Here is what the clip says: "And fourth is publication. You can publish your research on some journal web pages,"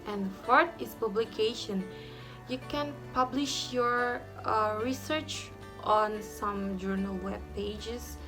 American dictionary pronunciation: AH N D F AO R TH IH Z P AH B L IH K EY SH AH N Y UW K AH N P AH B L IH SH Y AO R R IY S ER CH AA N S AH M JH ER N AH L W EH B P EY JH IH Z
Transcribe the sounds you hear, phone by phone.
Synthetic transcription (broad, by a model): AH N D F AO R T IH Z P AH B L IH K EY SH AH N Y UW K AH N P AH B L IH SH Y AO R R IY S ER CH AA N S AH M JH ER N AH L W EH B P EY JH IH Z